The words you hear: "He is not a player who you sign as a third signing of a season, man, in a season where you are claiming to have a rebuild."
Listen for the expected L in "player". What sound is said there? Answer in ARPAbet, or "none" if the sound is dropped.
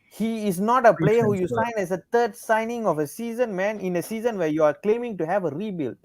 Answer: L